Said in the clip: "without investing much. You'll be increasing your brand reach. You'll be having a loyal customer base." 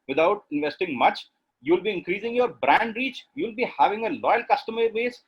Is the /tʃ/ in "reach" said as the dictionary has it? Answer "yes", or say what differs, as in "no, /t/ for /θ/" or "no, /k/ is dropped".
yes